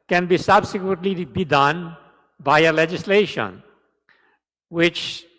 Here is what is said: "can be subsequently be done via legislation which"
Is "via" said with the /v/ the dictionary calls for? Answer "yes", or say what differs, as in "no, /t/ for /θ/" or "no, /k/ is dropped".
no, /b/ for /v/